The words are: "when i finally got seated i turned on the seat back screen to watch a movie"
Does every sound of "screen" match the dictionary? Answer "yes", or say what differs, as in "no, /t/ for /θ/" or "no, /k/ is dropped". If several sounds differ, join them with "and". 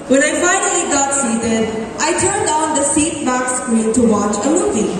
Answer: no, /ɹ/ is dropped and /l/ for /n/